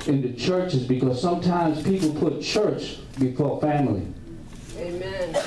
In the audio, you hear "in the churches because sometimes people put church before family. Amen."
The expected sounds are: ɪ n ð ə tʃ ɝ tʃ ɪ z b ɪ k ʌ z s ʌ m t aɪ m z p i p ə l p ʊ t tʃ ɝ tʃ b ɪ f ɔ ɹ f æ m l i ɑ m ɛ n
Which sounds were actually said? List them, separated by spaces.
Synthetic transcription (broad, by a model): ɪ n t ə tʃ ɝ tʃ ɪ z b ɪ k ʌ z s ʌ m t aɪ m z p i p l p ʊ t tʃ ɝ tʃ b ɪ f ɔ ɹ f æ m l i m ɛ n